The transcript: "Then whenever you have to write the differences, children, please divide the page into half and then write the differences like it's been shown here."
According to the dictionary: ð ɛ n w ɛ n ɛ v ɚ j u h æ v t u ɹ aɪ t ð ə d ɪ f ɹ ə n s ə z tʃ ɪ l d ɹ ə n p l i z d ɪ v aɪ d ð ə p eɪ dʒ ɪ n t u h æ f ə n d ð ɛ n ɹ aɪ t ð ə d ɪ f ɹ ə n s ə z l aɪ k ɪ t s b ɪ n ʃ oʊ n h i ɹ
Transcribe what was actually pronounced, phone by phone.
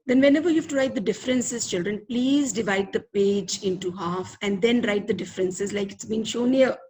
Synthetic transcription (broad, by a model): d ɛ n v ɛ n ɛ v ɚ j u h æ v t u ɹ aɪ t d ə d ɪ f ɹ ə n s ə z tʃ ɪ l d ɹ ə n p l i z d ɪ v aɪ d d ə p eɪ dʒ ɪ n t u h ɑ f ə n d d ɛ n ɹ aɪ t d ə d ɪ f ɹ ə n s ə z l aɪ k ɪ t s b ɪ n ʃ oʊ n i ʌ